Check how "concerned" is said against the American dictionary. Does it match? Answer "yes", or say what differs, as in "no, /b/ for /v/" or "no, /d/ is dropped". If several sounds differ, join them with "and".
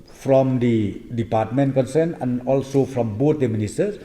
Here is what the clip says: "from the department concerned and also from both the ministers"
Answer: no, /d/ is dropped